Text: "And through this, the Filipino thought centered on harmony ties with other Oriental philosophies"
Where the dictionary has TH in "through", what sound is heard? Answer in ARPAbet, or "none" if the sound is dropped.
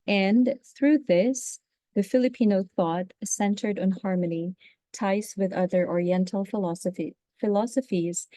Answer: TH